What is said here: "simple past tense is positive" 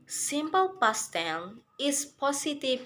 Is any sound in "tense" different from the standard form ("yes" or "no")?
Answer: yes